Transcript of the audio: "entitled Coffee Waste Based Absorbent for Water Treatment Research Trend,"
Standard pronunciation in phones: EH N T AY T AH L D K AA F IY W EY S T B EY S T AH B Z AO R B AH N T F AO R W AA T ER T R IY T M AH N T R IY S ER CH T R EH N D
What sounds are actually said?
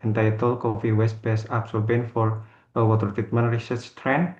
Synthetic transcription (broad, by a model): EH N T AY T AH L K AA F IY W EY S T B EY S AH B S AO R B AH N F AO R W AA T ER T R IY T M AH N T R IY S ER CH T R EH N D